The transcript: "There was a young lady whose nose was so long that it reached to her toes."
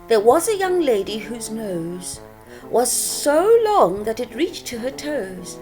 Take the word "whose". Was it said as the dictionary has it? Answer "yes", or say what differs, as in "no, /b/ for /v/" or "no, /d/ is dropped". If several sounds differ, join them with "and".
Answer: yes